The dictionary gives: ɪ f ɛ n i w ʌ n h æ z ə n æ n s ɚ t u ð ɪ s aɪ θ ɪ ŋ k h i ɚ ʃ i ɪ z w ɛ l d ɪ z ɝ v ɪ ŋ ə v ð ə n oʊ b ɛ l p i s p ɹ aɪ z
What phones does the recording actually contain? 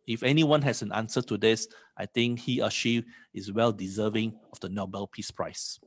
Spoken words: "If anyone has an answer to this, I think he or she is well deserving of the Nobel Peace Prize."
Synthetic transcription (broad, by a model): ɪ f ɛ n i w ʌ n h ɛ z ə n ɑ n s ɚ t u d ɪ s aɪ t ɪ ŋ k h i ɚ ʃ i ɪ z w ɛ l d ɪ z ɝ v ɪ ŋ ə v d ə n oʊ b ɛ l p i s p ɹ aɪ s